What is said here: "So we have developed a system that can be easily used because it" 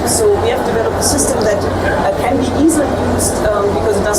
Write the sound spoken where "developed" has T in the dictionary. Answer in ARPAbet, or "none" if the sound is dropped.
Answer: none